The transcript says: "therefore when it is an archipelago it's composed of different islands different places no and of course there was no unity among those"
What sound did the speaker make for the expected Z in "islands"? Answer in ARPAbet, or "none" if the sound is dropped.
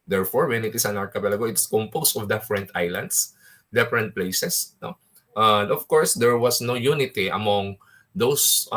S